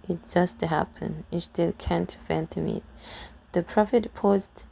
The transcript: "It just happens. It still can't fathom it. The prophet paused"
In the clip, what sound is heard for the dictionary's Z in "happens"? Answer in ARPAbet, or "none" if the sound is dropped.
none